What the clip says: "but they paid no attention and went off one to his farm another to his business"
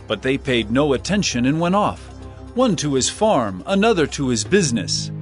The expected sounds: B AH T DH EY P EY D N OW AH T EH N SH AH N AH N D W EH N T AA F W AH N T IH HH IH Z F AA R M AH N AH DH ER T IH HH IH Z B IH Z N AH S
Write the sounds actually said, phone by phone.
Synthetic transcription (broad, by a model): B AH T DH EY P EY D N OW AH T EH N SH AH N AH N W EH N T AA F W AH N T IH IH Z F AA R M AH N AH DH ER T IH IH Z B IH Z N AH S